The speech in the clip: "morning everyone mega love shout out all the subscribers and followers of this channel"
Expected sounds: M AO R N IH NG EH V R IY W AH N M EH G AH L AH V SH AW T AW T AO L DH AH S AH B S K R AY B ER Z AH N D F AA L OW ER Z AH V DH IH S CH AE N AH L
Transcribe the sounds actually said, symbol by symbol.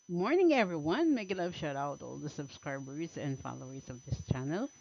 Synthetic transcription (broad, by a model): M AO R N IH NG EH V R IY W AH N M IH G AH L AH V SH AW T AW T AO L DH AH S AH B S K R AY B ER Z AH N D F AA L OW ER Z AH V DH IH S CH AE N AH L